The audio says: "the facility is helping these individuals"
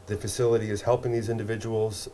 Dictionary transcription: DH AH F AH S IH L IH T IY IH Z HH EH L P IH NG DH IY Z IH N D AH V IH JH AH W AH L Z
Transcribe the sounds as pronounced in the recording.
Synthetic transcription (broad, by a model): DH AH F AH S IH L IH T IY IH Z HH EH L P IH NG DH IY Z IH N D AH V IH JH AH W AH L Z